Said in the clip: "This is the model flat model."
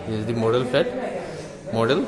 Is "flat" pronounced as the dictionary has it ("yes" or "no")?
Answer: no